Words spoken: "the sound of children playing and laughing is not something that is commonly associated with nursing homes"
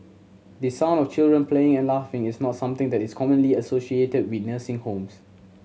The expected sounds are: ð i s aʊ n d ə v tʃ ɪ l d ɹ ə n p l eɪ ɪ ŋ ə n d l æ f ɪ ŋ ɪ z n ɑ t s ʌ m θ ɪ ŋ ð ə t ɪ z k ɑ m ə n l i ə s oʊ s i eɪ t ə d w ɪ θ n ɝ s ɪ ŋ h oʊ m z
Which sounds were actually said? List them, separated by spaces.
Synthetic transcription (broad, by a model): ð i s aʊ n ə f tʃ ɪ l d ɹ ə n p l eɪ ɪ ŋ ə n l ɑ f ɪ ŋ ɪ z n ɑ t s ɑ m t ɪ ŋ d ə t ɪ s k ɑ m ə n l i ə s oʊ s i eɪ t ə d w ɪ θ n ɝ s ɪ ŋ h oʊ m s